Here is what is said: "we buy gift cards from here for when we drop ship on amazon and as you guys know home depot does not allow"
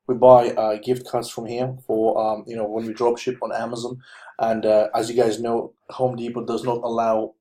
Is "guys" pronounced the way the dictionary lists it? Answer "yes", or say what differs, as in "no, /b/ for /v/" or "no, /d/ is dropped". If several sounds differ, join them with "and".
yes